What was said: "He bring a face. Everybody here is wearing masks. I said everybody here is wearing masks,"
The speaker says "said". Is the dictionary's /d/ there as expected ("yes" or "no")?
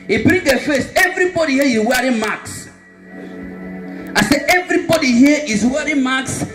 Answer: no